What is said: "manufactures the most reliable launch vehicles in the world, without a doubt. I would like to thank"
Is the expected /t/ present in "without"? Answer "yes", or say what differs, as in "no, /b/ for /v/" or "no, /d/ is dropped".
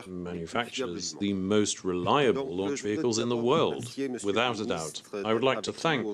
yes